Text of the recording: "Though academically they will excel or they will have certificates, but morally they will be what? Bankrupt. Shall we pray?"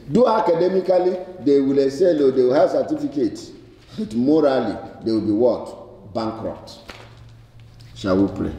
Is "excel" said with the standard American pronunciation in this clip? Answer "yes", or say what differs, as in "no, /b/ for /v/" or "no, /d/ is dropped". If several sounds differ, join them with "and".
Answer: no, /k/ is dropped